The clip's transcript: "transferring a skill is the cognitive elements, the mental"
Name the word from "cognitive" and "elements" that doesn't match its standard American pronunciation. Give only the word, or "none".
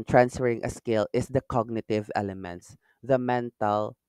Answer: none